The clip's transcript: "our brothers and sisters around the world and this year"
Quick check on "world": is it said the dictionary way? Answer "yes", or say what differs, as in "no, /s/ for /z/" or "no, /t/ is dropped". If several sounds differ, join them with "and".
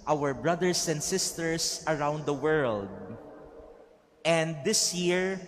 yes